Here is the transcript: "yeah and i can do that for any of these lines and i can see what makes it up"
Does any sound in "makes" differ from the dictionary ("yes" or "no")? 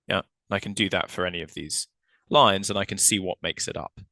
no